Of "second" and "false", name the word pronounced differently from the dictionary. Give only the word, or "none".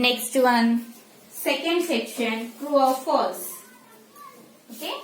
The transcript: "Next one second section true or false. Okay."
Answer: false